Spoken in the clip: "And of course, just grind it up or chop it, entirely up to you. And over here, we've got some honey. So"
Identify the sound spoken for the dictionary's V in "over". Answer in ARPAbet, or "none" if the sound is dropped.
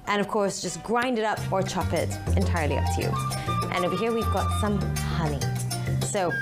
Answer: B